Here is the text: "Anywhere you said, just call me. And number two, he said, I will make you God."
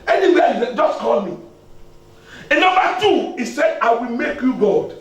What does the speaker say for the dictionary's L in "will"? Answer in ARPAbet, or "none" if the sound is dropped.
L